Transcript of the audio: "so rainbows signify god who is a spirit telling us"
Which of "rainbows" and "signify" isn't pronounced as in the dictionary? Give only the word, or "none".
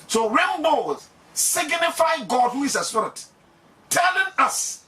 rainbows